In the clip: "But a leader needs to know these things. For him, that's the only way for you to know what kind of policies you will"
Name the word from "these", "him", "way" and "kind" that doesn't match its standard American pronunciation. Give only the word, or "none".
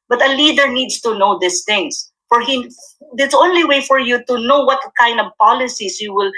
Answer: these